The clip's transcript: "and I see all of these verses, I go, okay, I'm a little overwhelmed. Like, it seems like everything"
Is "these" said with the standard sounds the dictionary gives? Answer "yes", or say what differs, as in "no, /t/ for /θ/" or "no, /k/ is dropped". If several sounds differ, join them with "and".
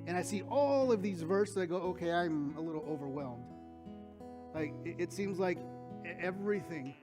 yes